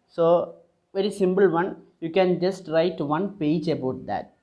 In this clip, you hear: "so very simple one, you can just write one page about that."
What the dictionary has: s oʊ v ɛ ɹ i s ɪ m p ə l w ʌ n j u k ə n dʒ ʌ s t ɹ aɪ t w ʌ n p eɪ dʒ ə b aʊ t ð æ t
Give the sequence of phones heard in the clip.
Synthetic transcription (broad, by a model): s oʊ v ɛ ɹ i s ɪ m p ə l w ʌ n j u k ə n dʒ ʌ s t ɹ aɪ t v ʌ n p eɪ dʒ ə b aʊ t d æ t